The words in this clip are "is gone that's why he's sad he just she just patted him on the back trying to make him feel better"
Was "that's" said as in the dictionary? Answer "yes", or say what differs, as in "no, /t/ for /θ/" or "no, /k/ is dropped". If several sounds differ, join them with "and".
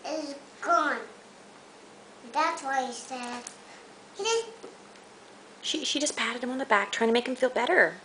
yes